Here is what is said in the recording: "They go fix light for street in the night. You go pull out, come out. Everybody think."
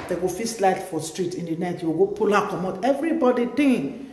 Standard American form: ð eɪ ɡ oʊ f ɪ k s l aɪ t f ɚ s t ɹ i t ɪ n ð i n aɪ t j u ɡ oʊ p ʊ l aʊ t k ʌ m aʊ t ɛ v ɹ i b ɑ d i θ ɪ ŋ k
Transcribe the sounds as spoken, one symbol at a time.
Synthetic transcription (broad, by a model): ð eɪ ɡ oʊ f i s l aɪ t f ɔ s t ɹ i t ɪ n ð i n aɪ t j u ɡ oʊ p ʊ l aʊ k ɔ m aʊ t ɛ v ɹ i b ɑ d i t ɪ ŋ